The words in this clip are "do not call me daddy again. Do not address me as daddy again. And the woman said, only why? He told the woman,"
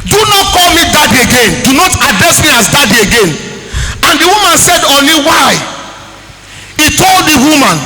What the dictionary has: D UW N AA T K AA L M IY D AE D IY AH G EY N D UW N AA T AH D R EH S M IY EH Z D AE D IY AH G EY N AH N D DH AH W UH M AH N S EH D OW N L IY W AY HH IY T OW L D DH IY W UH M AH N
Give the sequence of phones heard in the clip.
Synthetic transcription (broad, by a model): D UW N AA T K AA L M IY D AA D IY AH G EY N D UW N AA T AH D R EH S M IY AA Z D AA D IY AH G EY N AH N D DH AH W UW M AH N S EH D OW N L IY W AY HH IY T OW L D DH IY W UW M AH N